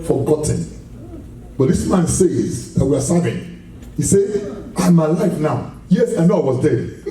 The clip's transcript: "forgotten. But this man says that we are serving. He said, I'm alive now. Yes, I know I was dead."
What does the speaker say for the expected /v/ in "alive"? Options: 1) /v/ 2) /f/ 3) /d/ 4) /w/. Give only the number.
2